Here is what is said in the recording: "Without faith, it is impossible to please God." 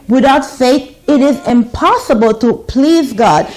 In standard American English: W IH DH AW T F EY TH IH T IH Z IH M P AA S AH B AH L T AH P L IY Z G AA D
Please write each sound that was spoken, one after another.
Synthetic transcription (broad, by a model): W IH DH AW T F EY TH IH T IH Z IH M P AA S AH B AH L T AH P L IY Z G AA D